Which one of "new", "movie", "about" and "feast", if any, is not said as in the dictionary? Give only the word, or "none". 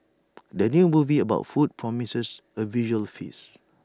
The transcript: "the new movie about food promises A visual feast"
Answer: feast